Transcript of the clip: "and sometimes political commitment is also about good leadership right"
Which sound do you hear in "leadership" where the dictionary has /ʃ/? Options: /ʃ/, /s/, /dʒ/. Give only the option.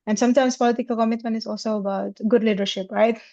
/ʃ/